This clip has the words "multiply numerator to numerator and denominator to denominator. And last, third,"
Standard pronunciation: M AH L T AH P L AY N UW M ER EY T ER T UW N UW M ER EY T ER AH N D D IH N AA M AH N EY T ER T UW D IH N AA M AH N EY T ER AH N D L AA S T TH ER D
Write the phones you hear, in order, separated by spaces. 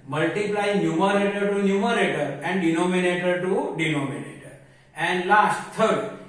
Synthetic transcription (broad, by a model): M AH L T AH P L AY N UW M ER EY T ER T UW N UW M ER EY T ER AH N D D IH N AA M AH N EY T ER T UW D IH N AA M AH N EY T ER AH N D L AA S T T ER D